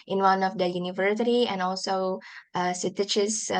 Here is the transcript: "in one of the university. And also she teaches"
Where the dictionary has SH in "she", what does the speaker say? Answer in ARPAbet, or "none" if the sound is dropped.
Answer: S